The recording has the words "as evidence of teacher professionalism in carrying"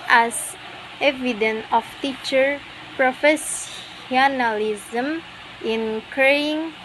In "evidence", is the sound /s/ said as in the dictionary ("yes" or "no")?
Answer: no